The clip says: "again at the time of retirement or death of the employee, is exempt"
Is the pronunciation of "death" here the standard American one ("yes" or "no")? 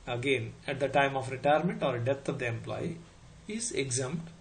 no